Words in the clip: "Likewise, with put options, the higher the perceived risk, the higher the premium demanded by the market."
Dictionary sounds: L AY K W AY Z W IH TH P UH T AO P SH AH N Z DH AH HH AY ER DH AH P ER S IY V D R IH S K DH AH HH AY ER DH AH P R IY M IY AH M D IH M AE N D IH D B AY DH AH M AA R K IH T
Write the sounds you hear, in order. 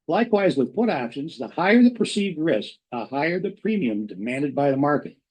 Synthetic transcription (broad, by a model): L AY K W AY Z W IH P UH T AO P SH AH N Z DH AH HH AY ER DH AH P ER S IY V D R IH S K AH HH AY ER DH AH P R IY M IY AH M D IH M AE N D IH D B AY DH AH M AA R K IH T